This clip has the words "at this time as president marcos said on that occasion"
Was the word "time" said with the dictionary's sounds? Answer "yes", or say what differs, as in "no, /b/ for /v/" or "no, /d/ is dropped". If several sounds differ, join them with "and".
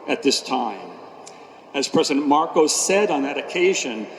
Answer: yes